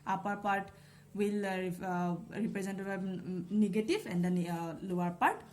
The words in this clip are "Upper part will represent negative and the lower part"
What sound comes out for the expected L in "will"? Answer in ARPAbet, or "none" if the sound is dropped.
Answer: L